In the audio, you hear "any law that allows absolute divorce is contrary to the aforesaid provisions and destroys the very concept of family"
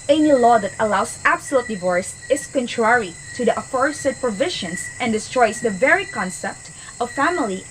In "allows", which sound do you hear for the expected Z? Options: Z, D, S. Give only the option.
S